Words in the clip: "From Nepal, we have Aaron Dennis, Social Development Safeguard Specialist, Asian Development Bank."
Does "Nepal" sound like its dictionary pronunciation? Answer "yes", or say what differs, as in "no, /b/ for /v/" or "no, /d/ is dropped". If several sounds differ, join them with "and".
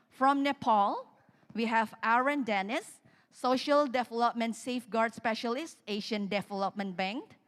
yes